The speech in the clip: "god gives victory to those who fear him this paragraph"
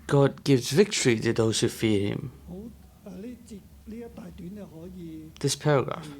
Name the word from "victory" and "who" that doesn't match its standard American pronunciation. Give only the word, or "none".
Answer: none